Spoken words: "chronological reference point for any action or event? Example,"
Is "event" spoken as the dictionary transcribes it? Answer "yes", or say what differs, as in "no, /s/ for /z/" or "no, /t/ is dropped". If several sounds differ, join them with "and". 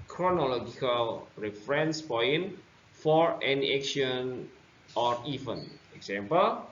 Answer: no, /t/ is dropped